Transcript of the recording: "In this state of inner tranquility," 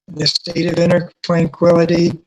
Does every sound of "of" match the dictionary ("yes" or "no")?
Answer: yes